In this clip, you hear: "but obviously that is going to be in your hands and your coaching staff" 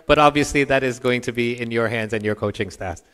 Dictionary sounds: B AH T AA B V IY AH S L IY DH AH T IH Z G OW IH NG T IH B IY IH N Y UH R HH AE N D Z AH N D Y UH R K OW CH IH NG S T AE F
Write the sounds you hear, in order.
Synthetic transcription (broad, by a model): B AH T AA B V IY AH S L IY DH AH T IH Z G OW IH NG T IH B IY IH N Y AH R HH AE N D Z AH N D Y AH R K OW CH IH NG S T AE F